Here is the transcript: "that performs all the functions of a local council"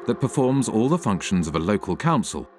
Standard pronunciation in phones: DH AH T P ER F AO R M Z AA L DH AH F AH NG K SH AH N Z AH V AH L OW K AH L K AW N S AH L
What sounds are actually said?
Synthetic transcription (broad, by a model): DH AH T P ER F AO M Z AA L DH AH F AH NG K SH AH N Z AH V AH L OW K AH L K AW N S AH L